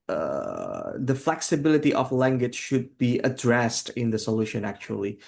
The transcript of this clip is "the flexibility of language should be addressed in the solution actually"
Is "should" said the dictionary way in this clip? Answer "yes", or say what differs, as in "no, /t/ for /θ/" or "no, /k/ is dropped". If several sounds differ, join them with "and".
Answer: yes